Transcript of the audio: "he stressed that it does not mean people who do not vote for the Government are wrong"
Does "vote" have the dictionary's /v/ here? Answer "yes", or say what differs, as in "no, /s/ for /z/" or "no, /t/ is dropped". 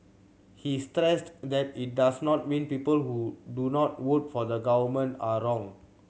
no, /w/ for /v/